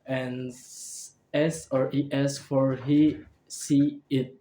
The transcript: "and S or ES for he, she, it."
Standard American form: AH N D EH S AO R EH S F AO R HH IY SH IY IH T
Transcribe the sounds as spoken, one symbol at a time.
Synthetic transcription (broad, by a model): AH N EH S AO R EH S F AO R HH IY S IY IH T